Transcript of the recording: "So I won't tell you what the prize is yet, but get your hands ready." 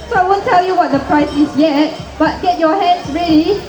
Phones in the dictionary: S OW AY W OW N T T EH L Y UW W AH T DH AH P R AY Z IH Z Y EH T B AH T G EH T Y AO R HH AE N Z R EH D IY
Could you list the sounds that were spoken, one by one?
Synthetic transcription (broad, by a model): S OW AY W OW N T T EH L Y UW W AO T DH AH P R AY S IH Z Y EH T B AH T G EH T Y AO HH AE N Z R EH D IY